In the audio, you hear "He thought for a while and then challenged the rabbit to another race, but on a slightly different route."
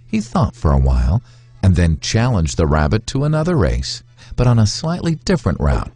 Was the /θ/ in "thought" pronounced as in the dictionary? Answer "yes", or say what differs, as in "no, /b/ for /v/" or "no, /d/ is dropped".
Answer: yes